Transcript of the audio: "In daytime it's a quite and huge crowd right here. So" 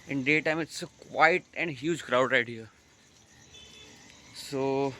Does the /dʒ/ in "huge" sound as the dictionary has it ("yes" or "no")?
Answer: yes